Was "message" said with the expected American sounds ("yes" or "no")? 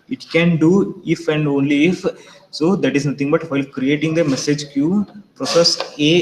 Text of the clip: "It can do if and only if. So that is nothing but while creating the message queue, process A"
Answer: yes